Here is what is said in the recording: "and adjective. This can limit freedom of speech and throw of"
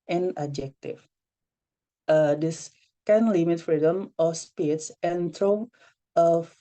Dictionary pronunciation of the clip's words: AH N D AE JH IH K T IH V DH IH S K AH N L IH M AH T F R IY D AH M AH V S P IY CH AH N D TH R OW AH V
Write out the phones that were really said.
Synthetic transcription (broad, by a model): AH N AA JH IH K T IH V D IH S K AH N L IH M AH T F R IY D AH M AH S P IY S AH N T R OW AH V